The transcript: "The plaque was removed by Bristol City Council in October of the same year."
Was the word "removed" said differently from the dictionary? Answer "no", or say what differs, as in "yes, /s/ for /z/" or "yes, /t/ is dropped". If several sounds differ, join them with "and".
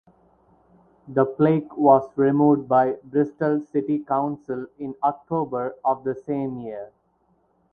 yes, /v/ is dropped